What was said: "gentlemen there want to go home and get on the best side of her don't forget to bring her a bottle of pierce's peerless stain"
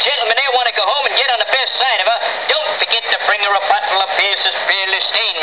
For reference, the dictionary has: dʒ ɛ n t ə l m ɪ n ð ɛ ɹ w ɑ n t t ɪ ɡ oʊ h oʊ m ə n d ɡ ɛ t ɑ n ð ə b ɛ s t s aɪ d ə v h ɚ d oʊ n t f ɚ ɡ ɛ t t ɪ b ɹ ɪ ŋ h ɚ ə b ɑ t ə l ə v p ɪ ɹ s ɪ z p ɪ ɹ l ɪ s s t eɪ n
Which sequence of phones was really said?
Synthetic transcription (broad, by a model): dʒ ɛ n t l m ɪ n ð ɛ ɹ w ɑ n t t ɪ ɡ oʊ h oʊ m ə n ɡ ɛ t n ð ə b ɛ s t s aɪ d ə v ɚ d oʊ n t f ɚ ɡ ɛ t t ɪ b ɹ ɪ ŋ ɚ ə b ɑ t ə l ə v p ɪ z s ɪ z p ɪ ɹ l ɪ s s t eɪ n